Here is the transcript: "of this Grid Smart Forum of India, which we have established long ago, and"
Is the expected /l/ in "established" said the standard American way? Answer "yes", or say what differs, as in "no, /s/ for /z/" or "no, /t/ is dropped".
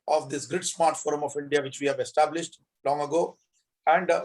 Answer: yes